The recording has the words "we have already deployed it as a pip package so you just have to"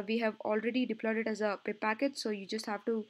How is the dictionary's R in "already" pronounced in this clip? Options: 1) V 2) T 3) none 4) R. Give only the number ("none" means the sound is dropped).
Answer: 4